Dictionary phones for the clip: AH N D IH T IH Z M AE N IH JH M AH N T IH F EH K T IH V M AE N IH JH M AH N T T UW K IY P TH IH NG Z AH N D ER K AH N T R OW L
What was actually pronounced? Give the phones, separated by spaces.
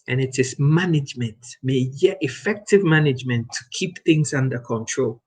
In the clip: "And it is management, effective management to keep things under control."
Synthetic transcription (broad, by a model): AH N IH T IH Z M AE N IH JH M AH N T IH F EH K T IH V M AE N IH JH M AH N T T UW K IY P TH IH NG Z AH N D ER K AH N T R OW L